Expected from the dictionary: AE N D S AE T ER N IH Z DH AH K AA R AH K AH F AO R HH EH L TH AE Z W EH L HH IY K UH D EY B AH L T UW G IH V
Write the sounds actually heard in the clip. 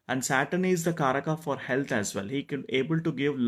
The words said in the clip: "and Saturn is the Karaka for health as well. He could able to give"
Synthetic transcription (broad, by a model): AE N D S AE T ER N IH Z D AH K AA R AH K AH F AO R HH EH L T AE Z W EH L HH IY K EY B AH L T UW G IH V